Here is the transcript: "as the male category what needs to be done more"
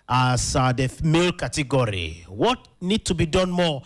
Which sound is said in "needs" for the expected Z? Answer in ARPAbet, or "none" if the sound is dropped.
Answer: none